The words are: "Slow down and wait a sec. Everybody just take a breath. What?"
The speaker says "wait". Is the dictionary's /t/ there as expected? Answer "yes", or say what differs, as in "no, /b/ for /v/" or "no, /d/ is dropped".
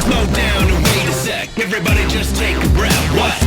no, /t/ is dropped